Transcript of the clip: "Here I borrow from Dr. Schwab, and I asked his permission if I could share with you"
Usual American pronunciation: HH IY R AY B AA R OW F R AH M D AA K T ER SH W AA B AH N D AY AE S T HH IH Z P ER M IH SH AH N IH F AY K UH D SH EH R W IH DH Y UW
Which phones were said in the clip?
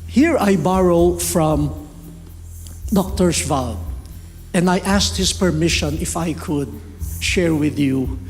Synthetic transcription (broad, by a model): HH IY R AY B AA R OW F R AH M D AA K T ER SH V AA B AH N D AY AE S T HH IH S P ER M IH SH AH N IH F AY K UH D SH EH R W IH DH Y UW